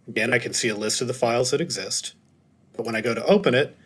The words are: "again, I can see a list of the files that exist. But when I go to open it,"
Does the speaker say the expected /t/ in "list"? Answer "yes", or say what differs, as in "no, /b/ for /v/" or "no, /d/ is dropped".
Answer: yes